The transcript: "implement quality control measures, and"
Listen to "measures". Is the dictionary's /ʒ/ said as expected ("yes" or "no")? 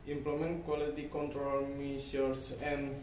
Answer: no